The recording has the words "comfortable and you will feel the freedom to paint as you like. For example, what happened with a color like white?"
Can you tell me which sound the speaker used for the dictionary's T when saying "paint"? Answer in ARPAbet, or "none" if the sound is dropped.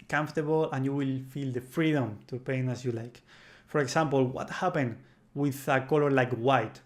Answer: none